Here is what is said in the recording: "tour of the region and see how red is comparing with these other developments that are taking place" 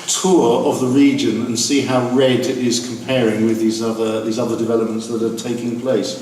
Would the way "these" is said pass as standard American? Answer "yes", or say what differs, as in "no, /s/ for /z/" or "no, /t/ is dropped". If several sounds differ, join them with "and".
yes